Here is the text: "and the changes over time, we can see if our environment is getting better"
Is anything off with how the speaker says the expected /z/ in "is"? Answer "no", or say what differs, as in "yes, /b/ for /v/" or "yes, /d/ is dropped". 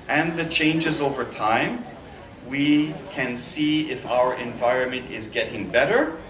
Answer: no